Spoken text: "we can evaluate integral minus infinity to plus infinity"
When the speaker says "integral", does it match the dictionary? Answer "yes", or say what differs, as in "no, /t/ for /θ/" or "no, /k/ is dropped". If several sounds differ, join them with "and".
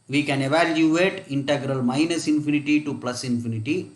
yes